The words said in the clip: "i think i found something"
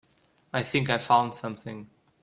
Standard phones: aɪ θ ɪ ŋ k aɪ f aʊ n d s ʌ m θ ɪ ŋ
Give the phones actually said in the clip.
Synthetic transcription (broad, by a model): aɪ θ ɪ ŋ k aɪ f aʊ n d s ʌ m θ ɪ ŋ